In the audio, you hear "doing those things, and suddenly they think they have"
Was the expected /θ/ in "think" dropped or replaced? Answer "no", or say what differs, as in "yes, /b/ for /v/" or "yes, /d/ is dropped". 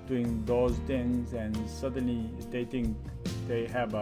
yes, /t/ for /θ/